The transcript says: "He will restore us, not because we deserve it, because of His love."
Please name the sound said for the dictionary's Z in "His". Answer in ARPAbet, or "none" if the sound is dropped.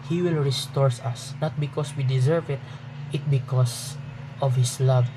S